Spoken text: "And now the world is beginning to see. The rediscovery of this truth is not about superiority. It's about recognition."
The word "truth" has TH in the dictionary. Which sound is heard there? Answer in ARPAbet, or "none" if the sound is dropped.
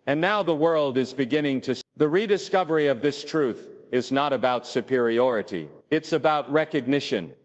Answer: TH